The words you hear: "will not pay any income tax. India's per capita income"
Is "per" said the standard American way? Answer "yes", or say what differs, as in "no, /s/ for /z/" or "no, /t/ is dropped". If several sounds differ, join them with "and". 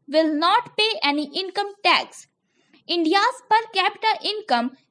yes